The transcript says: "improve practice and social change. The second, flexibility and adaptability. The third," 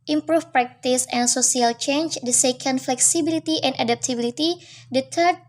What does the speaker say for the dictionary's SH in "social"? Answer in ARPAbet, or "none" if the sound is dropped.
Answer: S